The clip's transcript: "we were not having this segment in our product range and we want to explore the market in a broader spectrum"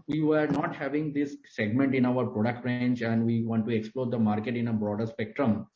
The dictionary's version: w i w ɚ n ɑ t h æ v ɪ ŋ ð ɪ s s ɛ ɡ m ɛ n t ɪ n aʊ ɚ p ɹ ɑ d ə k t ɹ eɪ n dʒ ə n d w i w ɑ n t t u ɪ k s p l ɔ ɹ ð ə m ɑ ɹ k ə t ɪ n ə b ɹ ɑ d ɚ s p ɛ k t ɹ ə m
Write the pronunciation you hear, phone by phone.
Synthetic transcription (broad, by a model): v i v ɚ n ɑ t h æ v ɪ ŋ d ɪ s s ɛ ɡ m ɛ n t ɪ n aʊ ɚ p ɹ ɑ d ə k t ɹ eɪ n tʃ ə n d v i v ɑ n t t u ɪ k s p l ɔ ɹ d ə m ɑ ɹ k ə t ɪ n ə b ɹ ɑ d ɚ s p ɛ k t ɹ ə m